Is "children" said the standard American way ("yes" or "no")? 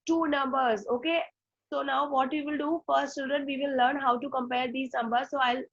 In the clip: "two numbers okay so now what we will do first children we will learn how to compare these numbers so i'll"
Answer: no